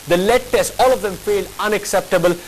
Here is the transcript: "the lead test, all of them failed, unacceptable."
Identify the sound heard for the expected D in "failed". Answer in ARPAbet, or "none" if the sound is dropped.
none